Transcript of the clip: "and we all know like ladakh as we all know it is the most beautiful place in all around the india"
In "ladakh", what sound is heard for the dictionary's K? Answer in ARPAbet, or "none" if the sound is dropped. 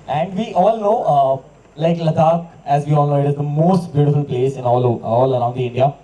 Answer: none